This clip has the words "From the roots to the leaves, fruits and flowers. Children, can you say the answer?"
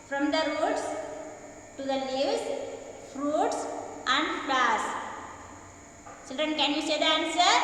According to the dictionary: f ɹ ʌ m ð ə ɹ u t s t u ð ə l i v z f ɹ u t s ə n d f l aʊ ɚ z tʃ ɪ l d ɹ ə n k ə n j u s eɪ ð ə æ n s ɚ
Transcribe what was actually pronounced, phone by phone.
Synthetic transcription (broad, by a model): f ɹ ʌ m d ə ɹ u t s t u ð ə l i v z f ɹ u t s ə n d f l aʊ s tʃ ɪ l d ɹ ə n k ə n j u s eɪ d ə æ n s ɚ